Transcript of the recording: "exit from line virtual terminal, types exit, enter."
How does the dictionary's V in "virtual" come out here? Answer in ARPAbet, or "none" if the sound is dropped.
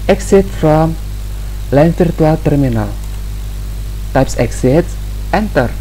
F